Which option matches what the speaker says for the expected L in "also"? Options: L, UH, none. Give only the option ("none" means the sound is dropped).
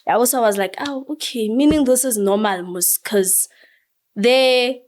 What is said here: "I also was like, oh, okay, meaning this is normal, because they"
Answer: none